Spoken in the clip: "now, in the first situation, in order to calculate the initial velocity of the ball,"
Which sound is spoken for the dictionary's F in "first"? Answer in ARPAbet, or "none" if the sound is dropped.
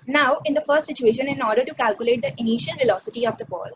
F